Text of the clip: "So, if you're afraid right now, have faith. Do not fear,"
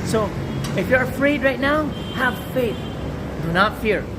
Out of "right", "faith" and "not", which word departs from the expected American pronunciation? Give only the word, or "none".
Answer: none